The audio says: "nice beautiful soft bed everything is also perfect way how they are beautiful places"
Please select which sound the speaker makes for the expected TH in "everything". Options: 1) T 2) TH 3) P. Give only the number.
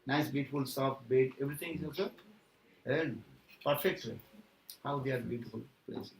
1